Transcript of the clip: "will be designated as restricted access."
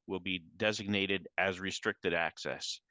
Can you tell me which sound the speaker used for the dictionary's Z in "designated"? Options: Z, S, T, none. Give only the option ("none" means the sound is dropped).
Z